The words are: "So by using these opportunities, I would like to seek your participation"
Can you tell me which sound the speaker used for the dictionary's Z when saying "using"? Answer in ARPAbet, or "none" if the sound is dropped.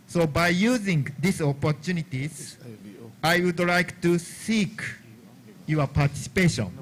Z